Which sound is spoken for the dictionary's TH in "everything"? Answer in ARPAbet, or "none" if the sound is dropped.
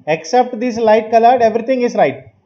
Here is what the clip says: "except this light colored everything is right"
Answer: T